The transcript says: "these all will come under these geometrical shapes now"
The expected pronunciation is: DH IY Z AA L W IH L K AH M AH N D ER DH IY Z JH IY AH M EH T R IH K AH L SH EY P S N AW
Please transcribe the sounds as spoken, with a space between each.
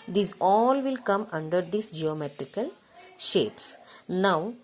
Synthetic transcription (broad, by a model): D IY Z AA L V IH L K AH M AH N D ER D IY S JH IY AH M EH T R IH K AH L SH EY P S N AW